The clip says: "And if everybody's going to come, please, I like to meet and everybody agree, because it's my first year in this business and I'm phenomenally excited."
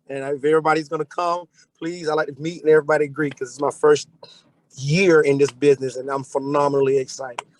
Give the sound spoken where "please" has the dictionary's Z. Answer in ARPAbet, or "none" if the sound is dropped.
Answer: Z